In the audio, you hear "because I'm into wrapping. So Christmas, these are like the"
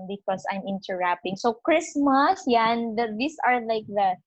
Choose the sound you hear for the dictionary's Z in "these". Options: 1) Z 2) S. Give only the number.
2